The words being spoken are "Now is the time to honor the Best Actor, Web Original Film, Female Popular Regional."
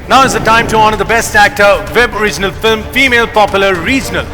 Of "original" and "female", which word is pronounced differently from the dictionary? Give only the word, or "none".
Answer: none